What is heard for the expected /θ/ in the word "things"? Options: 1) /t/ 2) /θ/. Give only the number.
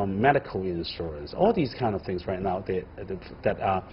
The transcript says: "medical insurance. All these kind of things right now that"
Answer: 2